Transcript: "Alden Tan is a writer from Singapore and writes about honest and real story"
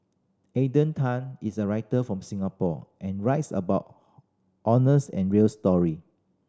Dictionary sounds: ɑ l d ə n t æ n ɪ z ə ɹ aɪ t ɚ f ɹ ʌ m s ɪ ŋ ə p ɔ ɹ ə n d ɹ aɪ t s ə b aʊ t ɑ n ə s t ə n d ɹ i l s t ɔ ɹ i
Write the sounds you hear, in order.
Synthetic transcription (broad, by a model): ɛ d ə n t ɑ n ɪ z ə ɹ aɪ t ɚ f ɹ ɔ m s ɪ ŋ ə p ɔ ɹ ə n ɹ aɪ t s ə b aʊ t ɑ n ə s ə n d ɹ i l s t ɔ ɹ i